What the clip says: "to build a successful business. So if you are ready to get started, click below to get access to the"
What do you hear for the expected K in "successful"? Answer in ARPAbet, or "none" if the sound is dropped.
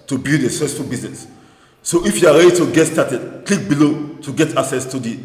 none